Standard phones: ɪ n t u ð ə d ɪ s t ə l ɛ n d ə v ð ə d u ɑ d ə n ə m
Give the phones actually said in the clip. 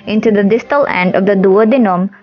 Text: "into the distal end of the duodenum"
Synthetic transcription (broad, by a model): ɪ n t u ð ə d ɪ s t ə l ɛ n d ə v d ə d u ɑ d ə n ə m